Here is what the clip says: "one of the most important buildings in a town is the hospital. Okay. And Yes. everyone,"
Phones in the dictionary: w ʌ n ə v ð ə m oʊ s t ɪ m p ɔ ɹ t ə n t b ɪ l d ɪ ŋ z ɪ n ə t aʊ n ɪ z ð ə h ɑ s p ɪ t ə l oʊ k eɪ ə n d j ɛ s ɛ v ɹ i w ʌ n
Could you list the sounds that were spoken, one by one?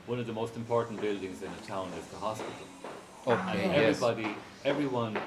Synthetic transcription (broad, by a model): w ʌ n ə v ð ə m oʊ s t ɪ m p ɔ ɹ t n b ɪ l d ɪ ŋ z ɪ n ə t aʊ n ɪ z ð ə h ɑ s p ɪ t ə l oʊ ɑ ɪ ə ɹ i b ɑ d ɛ v ɹ i w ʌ n